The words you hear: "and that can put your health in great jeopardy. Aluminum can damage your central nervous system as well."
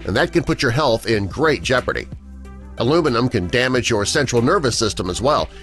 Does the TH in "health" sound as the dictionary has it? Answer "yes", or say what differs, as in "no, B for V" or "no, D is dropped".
yes